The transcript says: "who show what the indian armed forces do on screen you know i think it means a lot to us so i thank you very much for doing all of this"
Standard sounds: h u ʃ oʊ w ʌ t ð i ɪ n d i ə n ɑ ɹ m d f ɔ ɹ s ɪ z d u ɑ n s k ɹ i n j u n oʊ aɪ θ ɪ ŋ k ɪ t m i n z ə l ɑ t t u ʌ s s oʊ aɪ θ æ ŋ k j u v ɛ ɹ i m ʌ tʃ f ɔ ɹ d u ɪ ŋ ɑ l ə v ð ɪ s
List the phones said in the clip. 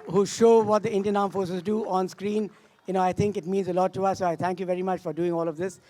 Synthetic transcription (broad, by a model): h u ʃ oʊ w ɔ t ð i ɪ n d i ə n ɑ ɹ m f ɔ ɹ s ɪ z d u ɑ n s k ɹ i n j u n oʊ aɪ t ɪ ŋ k ɪ t m i n z ə l ɑ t t u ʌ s s oʊ aɪ t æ ŋ k j u v ɛ ɹ i m ʌ tʃ f ɔ ɹ d u ɪ ŋ ɑ l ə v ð ɪ s